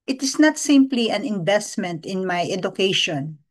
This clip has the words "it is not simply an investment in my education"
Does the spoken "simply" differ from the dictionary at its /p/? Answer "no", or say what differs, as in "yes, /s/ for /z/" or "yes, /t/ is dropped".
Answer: no